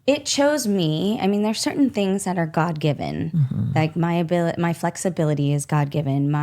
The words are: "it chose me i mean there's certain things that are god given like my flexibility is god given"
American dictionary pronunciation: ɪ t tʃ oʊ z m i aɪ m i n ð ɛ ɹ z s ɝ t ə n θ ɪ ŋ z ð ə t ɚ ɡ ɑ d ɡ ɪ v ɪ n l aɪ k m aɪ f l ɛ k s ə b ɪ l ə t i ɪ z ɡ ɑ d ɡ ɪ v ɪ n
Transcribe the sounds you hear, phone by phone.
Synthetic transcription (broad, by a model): ɪ t tʃ oʊ z m i aɪ m i n ð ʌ ɹ s ɝ t n θ ɪ ŋ z ð ə t ɚ ɡ ɑ d ɡ ɪ v ɪ n l aɪ k m aɪ f l ɛ k s ə b ɪ l ə t i ɪ z ɡ ɑ d ɡ ɪ v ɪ n